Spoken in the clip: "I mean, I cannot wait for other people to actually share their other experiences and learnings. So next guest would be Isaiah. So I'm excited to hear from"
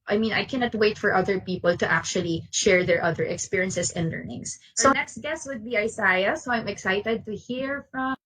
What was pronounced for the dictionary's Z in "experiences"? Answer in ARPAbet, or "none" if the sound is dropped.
S